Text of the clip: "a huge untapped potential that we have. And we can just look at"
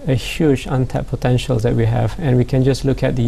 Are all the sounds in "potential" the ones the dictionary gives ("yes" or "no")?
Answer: yes